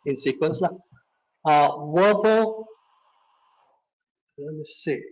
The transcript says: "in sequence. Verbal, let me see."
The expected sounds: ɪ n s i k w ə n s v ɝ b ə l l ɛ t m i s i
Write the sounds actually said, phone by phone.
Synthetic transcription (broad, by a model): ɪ n s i k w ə n s w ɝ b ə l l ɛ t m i s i